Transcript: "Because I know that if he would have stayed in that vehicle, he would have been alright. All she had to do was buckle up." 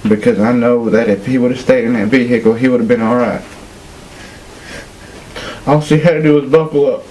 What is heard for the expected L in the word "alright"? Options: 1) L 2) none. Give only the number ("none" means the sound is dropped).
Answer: 1